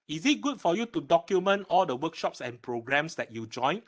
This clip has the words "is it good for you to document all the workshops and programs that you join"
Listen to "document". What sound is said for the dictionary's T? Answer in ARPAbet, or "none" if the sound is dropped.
T